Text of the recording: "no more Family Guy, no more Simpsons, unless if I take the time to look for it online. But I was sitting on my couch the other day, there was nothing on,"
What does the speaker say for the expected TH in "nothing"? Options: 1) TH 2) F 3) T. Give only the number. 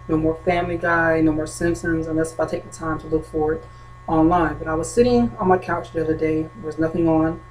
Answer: 1